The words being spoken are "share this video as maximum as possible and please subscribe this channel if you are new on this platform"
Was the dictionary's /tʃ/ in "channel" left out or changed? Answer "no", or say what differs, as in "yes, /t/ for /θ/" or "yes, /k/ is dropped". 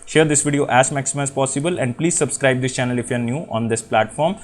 no